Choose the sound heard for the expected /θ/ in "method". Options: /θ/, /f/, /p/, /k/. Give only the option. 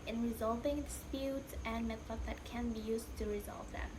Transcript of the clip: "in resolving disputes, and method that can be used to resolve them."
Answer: /f/